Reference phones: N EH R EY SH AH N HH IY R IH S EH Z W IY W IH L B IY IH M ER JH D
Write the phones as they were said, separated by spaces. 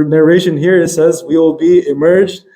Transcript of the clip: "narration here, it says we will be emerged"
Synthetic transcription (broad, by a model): N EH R EY SH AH N HH IY R IH S EH Z W IY W IH L B IY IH M ER JH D